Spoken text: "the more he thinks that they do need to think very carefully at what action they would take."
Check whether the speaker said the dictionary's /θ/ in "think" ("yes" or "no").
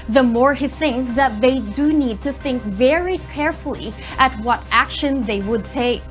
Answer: yes